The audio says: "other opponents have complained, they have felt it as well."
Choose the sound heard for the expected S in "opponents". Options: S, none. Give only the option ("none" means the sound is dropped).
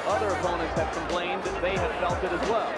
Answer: S